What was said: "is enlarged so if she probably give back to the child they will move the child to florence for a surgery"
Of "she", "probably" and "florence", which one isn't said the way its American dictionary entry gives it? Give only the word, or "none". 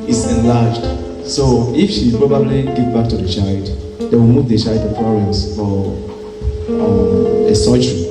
florence